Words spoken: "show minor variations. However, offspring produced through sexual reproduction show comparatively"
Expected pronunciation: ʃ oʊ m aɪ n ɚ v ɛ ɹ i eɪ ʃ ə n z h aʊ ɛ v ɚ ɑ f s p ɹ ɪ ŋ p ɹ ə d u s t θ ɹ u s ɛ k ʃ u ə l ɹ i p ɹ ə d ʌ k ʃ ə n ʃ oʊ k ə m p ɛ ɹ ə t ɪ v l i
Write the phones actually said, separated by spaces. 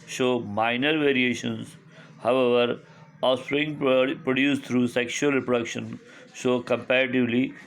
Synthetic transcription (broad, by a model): ʃ oʊ m aɪ n ɚ v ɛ ɹ i eɪ ʃ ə n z h aʊ ɛ v ɚ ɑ s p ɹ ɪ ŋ p ɹ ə d u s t ɹ u s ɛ k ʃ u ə l ɹ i p ɹ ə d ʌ k ʃ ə n ʃ oʊ k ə m p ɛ ɹ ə t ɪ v l i